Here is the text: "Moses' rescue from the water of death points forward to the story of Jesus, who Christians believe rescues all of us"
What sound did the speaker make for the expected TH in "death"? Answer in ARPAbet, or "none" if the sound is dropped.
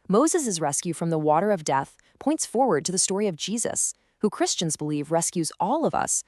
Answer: TH